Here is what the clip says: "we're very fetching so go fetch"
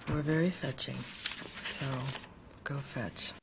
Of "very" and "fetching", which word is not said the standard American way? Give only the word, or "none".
none